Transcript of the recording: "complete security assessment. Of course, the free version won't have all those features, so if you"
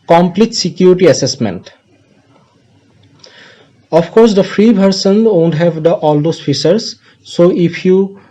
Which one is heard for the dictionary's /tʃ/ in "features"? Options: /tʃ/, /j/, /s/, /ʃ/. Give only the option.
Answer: /s/